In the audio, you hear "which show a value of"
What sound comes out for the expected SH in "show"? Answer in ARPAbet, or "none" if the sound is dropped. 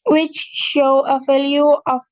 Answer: SH